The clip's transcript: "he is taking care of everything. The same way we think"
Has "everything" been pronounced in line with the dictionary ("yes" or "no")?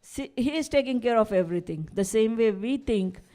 no